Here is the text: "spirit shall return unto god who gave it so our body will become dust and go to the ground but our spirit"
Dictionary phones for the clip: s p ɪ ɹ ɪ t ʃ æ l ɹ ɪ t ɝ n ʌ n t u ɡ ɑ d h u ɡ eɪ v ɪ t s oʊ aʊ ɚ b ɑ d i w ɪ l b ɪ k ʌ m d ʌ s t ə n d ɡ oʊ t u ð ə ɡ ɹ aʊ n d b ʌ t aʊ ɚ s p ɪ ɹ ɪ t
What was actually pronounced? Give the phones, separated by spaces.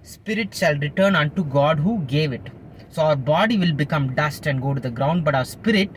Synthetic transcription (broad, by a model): s p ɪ ɹ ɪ t ʃ æ l ɹ ɪ t ɝ n ʌ n t u ɡ ɑ d h u ɡ eɪ v ɪ t s oʊ aʊ ɚ b ɑ d i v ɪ l b ɪ k ʌ m d ʌ s t ə n d ɡ oʊ t u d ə ɡ ɹ aʊ n d b ʌ t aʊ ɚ s p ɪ ɹ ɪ t